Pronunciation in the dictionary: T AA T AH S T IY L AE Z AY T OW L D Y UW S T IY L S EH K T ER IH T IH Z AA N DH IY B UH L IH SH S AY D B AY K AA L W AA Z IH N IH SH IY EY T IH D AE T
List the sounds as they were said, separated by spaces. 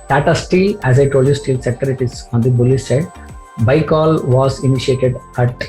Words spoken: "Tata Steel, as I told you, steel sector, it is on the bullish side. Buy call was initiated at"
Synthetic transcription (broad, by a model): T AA T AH S T IY L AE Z AY T OW L D Y UW S T IY L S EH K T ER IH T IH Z AA N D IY B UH L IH S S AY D B AY K AA L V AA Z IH N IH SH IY EY T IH D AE T